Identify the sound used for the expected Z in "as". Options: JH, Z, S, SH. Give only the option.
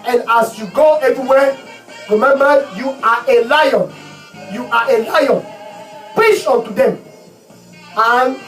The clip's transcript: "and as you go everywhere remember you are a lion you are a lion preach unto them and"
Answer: S